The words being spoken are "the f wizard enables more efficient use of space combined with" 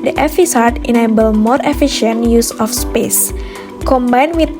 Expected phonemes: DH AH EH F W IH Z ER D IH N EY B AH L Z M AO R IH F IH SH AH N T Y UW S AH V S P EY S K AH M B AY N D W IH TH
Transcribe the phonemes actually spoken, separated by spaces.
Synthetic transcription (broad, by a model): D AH EH F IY S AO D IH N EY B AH L M AO R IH F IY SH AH N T Y UW S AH F S P EY S K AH M B AY N W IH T